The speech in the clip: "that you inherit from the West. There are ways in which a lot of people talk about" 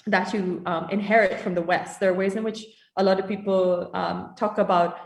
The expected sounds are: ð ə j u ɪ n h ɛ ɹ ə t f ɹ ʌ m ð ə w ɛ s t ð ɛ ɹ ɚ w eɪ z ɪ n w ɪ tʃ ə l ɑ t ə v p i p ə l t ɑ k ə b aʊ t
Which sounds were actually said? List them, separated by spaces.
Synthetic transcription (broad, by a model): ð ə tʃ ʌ ɪ n h ɛ ɹ ə t f ɹ ʌ m ð ə w ɛ s t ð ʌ ɹ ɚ w eɪ z ɪ n w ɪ tʃ ə l ɑ t ə v p i p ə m t ɑ k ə b aʊ t